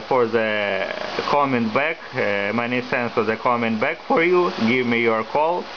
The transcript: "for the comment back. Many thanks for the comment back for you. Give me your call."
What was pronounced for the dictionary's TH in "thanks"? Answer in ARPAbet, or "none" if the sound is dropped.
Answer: S